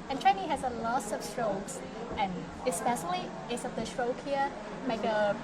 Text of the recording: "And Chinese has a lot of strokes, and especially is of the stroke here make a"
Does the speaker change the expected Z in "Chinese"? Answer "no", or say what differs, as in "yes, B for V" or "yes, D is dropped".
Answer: yes, Z is dropped